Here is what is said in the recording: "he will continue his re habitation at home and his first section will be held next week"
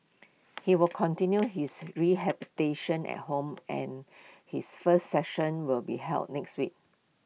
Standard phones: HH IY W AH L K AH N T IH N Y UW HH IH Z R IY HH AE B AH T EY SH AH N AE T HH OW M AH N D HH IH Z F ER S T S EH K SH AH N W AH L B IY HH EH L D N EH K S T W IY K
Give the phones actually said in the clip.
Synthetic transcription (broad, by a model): HH IY W AH L K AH N T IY N Y UW HH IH S R IY HH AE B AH T EY SH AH N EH T HH OW M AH N HH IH S F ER S T S EH SH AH N W AH L B IY HH EH L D N EH K S T W IY K